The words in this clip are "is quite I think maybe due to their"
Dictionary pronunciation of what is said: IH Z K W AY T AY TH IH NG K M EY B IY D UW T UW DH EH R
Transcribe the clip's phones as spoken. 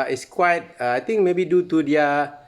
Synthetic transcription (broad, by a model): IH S K W AY T AY T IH NG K M EY B IY D UW T UW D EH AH